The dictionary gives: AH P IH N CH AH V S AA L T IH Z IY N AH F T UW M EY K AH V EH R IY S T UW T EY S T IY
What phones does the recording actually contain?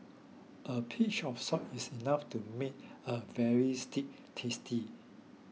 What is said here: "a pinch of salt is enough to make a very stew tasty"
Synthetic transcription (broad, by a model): AH P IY CH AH F S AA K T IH S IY N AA F T UW M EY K AH V EH R IY S T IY T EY S T IY